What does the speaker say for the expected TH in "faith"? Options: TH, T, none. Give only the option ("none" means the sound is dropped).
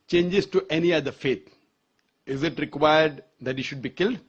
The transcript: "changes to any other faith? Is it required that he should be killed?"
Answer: T